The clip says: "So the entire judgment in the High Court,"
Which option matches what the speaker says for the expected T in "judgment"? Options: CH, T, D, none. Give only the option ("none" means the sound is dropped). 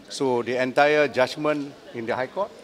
none